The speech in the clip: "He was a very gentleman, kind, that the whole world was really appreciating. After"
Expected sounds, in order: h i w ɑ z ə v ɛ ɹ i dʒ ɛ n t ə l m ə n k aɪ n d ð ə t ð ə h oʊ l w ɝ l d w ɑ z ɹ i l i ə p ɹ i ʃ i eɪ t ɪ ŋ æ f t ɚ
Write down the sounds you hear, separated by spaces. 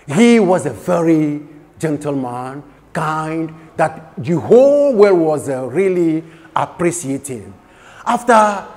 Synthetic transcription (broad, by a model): h i w ɑ z ə v ɛ ɹ i dʒ ɛ n t ə l m ə n k aɪ n d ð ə t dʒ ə h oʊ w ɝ w ɑ z ɹ i l i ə p ɹ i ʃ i eɪ t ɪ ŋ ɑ f t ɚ